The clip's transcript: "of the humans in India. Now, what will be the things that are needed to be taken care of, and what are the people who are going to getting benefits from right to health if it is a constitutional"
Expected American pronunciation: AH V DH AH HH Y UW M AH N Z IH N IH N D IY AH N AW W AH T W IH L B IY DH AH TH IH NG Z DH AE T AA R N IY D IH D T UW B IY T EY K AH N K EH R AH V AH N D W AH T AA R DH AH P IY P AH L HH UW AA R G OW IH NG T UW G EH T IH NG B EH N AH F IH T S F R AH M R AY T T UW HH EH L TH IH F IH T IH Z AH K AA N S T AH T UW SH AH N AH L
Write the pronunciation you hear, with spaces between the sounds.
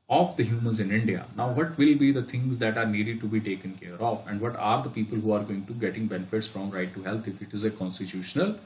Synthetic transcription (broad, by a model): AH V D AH HH Y UW M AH N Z IH N IH N D IY AH N AW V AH T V IH L B IY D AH T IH NG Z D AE T AA R N IY D IH D T UW B IY T EY K AH N K EH R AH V AH N D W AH T AA R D AH P IY P AH L HH UW AA R G OW IH NG T UW G EH T IH NG B EH N AH F IH T S F R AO M R AY T T UW HH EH L T IH F IH T IH Z AH K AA N S T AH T UW SH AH N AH L